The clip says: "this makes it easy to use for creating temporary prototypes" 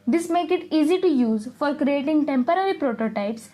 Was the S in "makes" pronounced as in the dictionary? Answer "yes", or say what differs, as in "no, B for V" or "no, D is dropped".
no, S is dropped